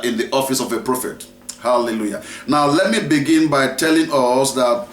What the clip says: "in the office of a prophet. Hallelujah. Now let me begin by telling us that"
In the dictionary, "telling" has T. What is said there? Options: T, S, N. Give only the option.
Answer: T